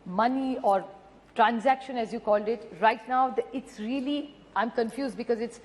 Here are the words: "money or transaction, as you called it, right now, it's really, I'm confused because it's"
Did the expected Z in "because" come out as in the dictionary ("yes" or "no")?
yes